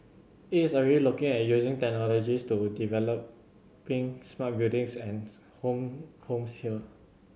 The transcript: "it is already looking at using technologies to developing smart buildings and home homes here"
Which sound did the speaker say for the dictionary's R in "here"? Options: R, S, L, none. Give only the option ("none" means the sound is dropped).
L